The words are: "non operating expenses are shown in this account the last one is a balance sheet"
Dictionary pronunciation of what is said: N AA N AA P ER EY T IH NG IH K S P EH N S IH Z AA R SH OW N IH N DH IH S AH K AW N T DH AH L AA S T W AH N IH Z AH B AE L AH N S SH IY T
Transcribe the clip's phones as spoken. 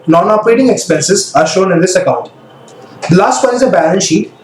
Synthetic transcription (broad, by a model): N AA N AA P ER EY T IH NG IH K S P EH N S IH Z AA R SH OW N IH N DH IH S AH K AW N T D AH L AA S T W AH IH Z AH B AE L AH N SH IY T